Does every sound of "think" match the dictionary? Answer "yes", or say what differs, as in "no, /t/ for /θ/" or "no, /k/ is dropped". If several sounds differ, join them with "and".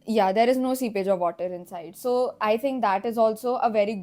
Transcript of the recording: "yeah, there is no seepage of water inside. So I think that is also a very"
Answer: no, /t/ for /θ/